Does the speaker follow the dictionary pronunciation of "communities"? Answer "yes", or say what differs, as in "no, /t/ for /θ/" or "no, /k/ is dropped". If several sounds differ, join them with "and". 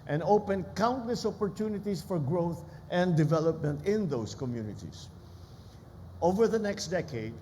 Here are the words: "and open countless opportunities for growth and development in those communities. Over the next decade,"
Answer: no, /s/ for /z/